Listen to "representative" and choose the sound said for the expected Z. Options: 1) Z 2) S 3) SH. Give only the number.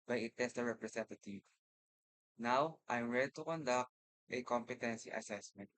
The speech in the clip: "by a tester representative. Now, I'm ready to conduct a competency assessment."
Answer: 2